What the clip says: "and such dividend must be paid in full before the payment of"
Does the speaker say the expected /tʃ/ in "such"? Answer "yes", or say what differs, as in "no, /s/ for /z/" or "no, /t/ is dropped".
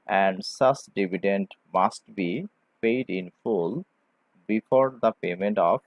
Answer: no, /s/ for /tʃ/